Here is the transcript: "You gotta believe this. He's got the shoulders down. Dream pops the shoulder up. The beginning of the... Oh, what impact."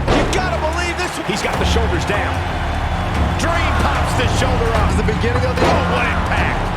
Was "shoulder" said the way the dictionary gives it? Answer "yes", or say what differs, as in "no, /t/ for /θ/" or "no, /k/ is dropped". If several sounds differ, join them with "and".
yes